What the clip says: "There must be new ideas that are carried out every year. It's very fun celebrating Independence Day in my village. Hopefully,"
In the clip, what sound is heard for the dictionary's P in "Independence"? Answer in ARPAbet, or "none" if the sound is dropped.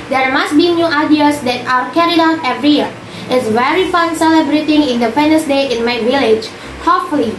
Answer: F